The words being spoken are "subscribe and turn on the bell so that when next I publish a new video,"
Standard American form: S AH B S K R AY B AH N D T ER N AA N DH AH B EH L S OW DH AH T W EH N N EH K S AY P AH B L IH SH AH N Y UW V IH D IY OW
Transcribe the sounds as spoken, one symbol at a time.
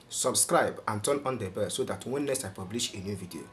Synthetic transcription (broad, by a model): S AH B S K R AY B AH N T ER N AA N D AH B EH S OW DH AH T W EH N N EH S AY P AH B L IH SH AH N Y UW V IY D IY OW